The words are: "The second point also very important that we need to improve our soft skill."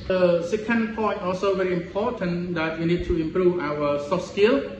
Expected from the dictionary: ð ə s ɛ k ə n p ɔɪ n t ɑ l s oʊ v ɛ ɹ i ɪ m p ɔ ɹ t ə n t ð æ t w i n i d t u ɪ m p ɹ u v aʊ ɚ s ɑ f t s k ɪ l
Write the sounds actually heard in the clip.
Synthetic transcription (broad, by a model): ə s ɛ k ə n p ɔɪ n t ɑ s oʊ v ɛ ɹ i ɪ m p ɔ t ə n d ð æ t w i n i d t u ɪ m p ɹ u v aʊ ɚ s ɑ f s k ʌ l